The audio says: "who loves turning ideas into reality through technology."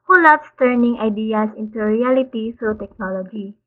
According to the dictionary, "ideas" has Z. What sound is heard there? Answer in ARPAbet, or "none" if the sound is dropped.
S